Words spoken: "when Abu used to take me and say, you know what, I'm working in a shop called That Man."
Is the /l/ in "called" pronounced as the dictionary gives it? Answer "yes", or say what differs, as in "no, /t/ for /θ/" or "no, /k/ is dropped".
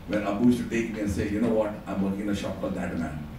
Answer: no, /l/ is dropped